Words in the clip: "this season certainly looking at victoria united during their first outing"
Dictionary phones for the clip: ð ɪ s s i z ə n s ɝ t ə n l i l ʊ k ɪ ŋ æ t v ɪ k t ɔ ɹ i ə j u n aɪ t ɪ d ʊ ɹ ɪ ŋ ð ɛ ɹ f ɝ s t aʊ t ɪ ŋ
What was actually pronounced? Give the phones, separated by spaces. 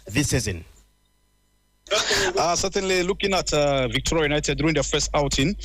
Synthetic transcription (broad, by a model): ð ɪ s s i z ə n s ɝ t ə n l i l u k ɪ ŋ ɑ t v ɪ k t ɔ ɹ i ə j u n aɪ t ɪ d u ɪ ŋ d f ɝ s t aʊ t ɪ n